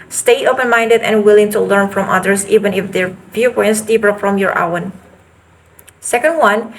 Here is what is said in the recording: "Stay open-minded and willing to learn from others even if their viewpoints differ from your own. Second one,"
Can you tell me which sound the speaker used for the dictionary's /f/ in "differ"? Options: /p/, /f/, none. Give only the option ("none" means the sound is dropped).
/p/